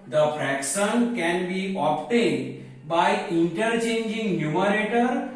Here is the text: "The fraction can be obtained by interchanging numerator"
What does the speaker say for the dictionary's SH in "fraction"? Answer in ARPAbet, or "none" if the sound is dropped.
S